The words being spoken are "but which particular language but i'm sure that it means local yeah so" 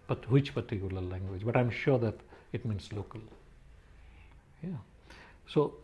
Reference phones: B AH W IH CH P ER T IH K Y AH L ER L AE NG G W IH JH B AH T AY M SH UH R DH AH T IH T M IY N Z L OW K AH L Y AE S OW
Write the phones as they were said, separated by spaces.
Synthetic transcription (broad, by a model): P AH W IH CH P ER T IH K Y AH L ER L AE NG G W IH JH B AH T AY M SH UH R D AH T IH T M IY N S L OW K AH L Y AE S OW